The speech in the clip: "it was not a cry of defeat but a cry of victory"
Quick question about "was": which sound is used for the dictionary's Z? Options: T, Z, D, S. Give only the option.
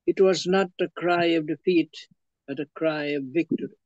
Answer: Z